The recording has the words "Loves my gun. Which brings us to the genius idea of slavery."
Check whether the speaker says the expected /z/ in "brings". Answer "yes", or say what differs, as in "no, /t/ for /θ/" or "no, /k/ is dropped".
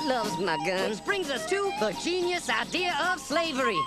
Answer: yes